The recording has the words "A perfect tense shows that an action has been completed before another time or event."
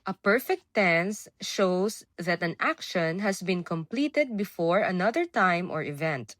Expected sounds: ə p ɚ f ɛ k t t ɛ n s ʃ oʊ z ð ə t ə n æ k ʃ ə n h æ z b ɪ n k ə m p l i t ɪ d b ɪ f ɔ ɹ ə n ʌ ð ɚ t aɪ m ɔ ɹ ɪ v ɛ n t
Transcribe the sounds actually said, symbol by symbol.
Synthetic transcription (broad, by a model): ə p ɚ f ɛ k t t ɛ n s ʃ oʊ s ð ə t ə n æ k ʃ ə n h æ s b ɪ n k ə m p l i t ɪ d b ɪ f ɔ ɹ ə n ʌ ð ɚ t aɪ m ɔ ɹ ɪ v ɛ n t